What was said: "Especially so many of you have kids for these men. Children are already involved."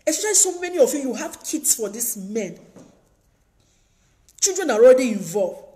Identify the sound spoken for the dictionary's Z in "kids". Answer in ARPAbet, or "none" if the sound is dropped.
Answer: S